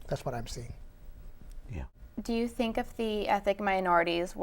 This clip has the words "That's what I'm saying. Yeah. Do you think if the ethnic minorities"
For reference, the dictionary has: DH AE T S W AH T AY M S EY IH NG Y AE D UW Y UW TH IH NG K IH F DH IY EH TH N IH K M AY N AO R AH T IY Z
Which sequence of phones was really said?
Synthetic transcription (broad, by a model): DH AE T S W AH T AY M S EY IH NG Y AE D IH Y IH TH IH NG K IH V DH IY EH TH IH K M AY N AO R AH T IY Z